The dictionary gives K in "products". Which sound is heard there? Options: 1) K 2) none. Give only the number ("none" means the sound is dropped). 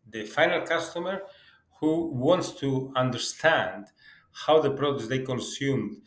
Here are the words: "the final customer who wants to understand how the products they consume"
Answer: 2